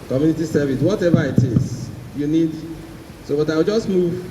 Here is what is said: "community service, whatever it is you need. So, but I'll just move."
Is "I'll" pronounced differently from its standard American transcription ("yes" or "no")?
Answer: yes